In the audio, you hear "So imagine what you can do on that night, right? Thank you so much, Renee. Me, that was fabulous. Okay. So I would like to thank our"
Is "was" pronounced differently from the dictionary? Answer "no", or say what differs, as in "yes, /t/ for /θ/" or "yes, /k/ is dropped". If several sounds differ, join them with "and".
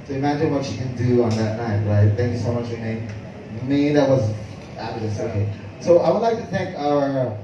no